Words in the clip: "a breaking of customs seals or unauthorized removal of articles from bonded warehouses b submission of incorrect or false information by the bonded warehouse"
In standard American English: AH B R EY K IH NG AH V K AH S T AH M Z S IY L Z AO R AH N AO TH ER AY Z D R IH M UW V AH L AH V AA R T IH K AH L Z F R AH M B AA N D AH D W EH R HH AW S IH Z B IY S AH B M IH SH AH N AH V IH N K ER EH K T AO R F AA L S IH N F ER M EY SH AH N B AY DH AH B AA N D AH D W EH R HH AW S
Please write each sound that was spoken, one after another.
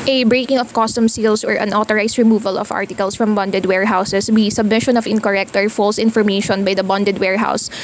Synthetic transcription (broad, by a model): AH B R EY K IH NG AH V K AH S T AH M S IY L S AO R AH N AO T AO AY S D R IH M UW V AH L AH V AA R T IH K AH L S F R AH M B AA N D AH D W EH R HH AW S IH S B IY S AH B M IH SH AH N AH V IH N K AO EH K T AO R F AA L S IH N F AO M EY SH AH N B AY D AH B AA N D AH D W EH R HH AW S